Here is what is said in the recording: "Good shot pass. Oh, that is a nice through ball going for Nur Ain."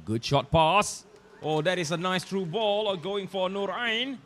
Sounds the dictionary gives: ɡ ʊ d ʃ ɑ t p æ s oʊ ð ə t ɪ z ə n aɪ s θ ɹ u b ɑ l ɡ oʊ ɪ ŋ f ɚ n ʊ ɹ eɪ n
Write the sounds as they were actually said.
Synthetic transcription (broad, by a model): ɡ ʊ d ʃ ɑ t p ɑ s oʊ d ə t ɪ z ə n aɪ s t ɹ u b ɑ l ɡ oʊ ɪ ŋ f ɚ n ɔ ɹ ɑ n